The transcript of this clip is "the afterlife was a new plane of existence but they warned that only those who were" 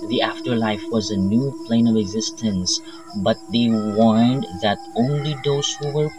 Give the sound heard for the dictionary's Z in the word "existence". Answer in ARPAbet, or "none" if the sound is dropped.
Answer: Z